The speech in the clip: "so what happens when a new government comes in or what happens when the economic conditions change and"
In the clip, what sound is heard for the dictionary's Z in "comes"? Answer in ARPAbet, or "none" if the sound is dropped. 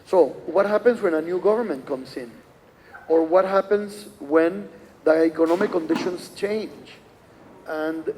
S